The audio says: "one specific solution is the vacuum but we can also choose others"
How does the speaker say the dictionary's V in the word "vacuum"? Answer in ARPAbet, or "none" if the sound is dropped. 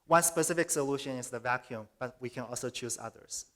V